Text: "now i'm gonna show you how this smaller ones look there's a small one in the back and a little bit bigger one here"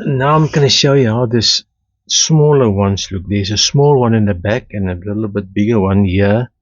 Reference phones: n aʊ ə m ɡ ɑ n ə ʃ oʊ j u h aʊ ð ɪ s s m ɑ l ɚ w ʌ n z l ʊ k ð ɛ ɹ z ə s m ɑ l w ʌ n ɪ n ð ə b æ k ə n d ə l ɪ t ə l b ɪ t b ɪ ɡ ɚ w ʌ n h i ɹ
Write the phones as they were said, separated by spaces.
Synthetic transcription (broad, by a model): n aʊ ə m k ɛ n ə ʃ oʊ j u h aʊ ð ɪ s s m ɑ l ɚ w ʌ n s l ʊ k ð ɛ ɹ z ə s m ɑ l w ʌ n ɪ n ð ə b æ k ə n ə l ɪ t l b ɪ t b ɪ ɡ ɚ w ʌ n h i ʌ